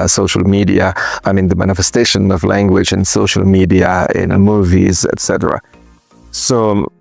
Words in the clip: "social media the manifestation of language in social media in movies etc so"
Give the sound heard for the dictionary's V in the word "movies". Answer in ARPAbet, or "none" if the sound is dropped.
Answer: V